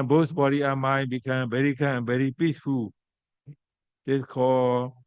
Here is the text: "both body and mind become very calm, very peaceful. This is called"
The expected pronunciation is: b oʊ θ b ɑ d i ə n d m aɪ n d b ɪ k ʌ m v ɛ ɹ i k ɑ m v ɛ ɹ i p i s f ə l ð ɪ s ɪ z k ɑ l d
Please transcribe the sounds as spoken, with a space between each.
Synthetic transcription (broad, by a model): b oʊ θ b ɑ d i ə m aɪ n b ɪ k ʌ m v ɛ ɹ i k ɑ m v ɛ ɹ i p i s f ə l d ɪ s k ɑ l